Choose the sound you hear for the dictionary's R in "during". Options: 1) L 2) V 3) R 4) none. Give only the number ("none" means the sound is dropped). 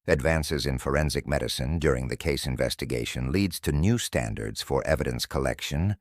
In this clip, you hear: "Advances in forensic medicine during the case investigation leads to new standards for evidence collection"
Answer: 3